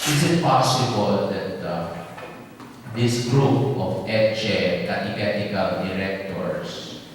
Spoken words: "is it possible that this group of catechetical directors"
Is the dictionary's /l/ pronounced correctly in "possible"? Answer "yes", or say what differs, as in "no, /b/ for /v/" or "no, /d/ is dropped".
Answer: yes